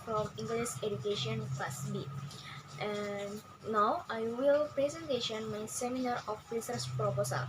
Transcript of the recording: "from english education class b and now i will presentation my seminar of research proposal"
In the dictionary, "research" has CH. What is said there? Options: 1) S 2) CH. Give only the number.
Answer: 1